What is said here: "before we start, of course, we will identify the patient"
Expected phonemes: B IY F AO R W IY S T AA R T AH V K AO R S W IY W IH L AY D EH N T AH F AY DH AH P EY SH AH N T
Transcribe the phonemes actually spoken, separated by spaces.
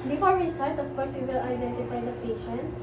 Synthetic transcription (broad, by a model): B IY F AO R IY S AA L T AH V K AO R S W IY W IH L AY D EH N T AH F AY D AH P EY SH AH N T